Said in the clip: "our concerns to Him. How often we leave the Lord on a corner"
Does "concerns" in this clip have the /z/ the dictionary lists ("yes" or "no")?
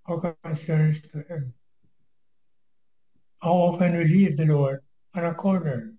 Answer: no